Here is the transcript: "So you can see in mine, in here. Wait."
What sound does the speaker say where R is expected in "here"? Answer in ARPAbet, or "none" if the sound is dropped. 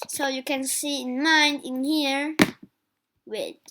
R